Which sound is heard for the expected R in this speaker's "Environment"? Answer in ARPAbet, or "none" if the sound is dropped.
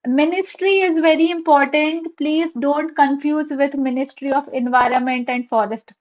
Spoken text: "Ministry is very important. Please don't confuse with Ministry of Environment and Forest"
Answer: R